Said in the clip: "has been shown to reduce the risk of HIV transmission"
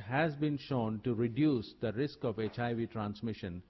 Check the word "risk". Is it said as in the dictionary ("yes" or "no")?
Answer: yes